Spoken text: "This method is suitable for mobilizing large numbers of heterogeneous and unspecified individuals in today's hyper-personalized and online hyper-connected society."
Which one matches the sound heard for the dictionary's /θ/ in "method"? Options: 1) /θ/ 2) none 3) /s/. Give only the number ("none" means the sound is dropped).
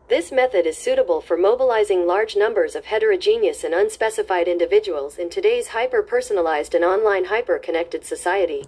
1